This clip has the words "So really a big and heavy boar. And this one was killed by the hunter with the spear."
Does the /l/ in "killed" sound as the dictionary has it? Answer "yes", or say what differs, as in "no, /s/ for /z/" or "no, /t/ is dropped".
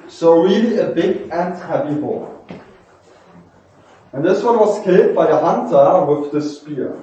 no, /l/ is dropped